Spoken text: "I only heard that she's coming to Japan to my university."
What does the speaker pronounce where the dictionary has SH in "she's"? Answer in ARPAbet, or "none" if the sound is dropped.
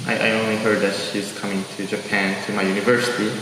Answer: SH